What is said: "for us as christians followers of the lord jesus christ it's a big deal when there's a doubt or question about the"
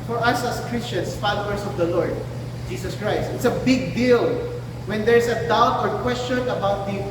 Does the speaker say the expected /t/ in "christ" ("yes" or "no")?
yes